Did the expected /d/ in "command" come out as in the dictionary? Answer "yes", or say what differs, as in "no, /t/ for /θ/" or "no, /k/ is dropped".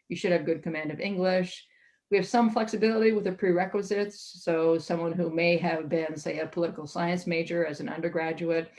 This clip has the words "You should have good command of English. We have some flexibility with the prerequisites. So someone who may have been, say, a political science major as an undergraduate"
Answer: yes